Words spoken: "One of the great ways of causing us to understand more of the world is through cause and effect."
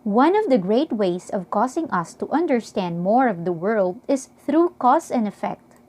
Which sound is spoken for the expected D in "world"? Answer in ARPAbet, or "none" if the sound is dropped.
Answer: D